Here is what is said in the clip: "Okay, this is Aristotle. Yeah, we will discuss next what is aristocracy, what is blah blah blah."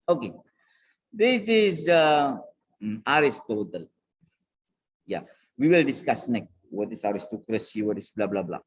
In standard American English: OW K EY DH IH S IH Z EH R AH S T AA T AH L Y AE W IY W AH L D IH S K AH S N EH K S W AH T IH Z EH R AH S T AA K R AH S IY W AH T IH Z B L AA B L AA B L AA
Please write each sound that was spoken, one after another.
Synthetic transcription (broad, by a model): OW K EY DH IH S IH Z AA R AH S T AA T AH L Y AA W IY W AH L D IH S K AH S N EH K W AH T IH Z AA R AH S T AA K R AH S IY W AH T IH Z B L AA B L AA B L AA